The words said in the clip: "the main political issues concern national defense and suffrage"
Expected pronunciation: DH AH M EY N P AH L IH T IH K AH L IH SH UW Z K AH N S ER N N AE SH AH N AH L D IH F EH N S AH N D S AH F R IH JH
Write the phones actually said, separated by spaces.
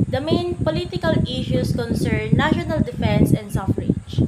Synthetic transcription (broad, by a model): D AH M EY N P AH L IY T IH K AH L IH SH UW S K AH N S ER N N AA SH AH N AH L D IH F EH N S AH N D S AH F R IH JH